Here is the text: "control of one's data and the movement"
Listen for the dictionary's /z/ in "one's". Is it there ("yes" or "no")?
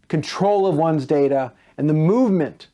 yes